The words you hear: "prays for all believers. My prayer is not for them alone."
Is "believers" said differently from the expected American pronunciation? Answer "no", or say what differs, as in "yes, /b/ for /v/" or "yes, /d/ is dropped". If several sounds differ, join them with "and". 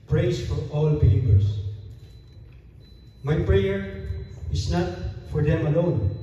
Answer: yes, /p/ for /v/ and /s/ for /z/